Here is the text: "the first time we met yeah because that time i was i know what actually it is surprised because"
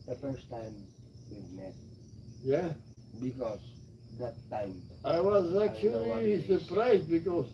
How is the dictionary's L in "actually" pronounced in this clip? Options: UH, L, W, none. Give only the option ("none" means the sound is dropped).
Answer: none